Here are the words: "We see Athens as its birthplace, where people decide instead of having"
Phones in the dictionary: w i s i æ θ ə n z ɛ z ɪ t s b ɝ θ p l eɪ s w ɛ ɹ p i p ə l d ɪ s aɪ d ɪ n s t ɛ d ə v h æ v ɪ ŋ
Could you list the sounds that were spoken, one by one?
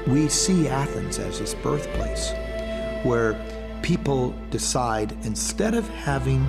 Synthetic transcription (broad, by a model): w i s i æ θ ə n z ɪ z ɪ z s b ɝ θ p l eɪ s w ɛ ɹ p i p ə l d ɪ s aɪ d ɪ n s t ɛ d ə v h æ v ɪ ŋ